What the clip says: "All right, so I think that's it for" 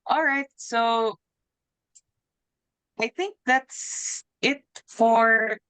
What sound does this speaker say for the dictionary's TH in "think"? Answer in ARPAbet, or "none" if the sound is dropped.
TH